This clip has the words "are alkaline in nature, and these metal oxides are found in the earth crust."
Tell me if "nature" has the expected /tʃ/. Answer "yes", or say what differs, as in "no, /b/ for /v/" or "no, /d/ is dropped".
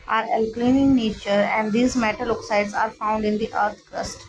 yes